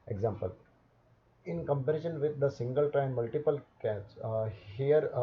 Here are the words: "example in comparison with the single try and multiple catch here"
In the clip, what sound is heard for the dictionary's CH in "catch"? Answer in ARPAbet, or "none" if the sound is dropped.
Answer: S